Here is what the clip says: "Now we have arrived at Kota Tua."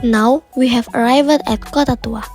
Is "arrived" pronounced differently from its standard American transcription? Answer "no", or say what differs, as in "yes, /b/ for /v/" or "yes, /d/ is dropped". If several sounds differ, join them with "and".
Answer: no